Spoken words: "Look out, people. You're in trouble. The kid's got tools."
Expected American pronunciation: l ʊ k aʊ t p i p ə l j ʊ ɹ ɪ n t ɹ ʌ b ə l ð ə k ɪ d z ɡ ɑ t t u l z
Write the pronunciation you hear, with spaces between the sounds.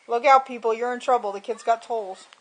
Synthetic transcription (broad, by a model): l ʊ k aʊ t p i p l j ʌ ɹ ɪ n t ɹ ʌ b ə l ð ə k ɪ d z ɡ ɑ t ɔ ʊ l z